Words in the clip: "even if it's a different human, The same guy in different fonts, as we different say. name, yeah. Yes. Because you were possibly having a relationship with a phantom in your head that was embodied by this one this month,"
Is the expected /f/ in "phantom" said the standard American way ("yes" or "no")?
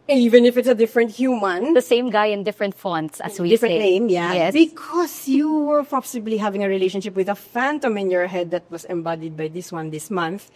yes